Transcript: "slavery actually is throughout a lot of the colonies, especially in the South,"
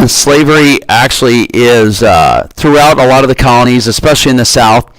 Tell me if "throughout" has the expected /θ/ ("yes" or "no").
yes